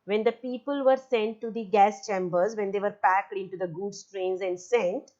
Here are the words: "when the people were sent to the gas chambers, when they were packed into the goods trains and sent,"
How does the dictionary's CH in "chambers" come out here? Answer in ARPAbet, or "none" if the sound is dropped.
CH